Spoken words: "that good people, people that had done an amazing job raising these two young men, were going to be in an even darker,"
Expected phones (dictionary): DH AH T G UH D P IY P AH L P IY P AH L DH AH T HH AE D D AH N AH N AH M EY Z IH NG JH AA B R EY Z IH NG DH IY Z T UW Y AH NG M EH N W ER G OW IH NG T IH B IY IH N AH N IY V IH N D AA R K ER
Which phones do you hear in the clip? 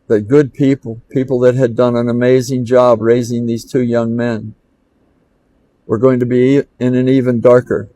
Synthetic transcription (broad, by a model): DH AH T G UH D P IY P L P IY P L DH AH T HH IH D D AH N AH N AH M EY Z IH NG JH AA B R EY Z IH NG DH IY Z T UW Y AH NG M EH N W ER G OW IH NG T IH B IY IH N AH N IY V IH N D AA R K ER